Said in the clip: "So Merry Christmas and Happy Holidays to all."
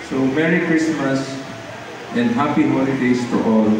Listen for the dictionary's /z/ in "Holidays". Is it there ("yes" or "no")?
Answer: no